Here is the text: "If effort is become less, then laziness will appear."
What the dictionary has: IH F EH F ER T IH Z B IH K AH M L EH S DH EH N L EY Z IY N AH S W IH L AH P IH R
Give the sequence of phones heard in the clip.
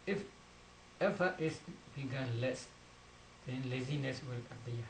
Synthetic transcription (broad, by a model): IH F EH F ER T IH S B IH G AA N L EH S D EH N L EY Z IY N AH S W IH L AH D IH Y